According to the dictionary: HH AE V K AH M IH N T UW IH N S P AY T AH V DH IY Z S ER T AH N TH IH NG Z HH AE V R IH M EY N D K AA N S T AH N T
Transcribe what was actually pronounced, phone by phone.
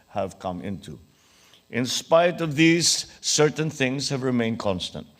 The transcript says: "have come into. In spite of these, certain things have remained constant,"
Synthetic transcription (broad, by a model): HH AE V K AH M IH N T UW IH N S P AY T AH V DH IY Z S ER T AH N TH IH NG Z HH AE V R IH M EY N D K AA N S T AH N T